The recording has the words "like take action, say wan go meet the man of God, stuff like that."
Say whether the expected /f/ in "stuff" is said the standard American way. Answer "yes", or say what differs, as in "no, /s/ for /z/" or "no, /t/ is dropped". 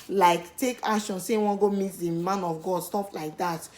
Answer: no, /p/ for /f/